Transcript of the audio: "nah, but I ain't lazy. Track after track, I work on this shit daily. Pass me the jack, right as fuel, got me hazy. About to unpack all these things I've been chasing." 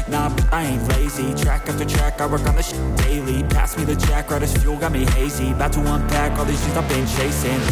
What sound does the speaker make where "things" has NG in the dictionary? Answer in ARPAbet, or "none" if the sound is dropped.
none